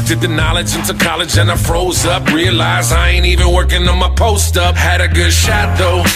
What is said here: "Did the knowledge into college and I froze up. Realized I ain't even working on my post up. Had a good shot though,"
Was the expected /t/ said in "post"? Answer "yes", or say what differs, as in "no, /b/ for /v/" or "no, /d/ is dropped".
yes